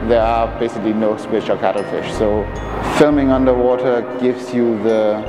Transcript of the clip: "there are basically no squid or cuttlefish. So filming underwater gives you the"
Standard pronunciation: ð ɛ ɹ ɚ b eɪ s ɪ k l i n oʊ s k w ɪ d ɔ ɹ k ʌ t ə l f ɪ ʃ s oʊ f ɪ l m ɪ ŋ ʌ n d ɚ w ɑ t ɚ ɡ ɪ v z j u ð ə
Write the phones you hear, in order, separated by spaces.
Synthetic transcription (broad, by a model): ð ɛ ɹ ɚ b eɪ s ɪ k l i n oʊ s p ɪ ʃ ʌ l k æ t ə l f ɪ ʃ s oʊ f ɪ l m ɪ ŋ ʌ n d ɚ w ɑ t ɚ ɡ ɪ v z j u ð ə